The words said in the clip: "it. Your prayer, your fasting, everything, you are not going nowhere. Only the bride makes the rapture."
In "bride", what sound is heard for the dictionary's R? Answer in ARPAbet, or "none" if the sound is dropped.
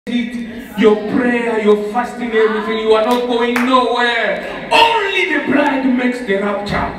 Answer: L